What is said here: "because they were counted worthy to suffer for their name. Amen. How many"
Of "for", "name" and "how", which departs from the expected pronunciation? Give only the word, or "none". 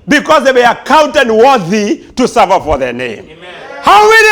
name